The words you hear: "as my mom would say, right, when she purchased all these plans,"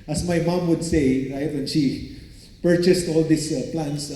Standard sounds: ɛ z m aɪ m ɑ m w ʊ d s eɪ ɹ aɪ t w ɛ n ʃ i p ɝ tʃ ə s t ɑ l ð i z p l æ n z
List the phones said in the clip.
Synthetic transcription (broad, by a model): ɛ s m aɪ m ɑ m w ʊ d s eɪ ɹ aɪ t w ɛ n ʃ i p ɝ tʃ ə s t ɑ l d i s p l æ n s